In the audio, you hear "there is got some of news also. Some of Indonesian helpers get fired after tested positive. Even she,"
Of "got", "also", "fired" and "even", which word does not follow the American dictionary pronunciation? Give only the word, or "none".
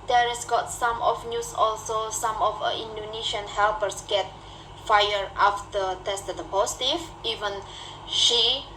fired